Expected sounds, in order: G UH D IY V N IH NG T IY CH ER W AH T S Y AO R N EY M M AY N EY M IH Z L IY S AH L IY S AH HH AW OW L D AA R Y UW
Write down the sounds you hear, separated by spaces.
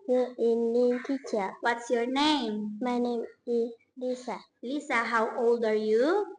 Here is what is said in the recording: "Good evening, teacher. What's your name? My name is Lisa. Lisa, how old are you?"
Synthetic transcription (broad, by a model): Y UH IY N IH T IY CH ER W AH T S Y AO R N EY M M AY N EY M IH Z L IY S AH L IY S AH HH AW OW L D AA R Y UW